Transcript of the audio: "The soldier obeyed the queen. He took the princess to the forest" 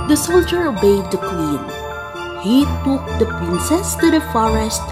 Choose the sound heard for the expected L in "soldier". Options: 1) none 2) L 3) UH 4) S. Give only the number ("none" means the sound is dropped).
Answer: 2